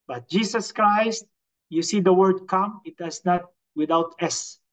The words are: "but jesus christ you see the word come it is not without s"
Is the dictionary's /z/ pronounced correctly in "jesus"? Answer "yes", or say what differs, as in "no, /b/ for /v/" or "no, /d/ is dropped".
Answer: no, /s/ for /z/